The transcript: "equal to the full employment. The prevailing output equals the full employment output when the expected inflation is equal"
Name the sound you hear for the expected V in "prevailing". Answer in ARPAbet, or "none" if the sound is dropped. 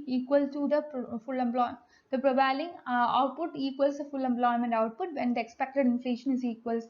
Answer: none